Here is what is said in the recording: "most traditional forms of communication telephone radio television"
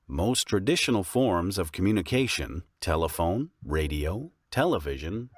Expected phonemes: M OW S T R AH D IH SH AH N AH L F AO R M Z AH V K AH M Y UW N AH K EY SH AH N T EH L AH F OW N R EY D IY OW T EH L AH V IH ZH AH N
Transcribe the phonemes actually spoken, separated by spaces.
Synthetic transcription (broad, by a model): M OW S T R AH D IH SH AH N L F AO R M Z AH V K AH M Y UW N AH K EY SH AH N T EH L AH F OW N R EY D IY OW T EH L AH V IH ZH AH N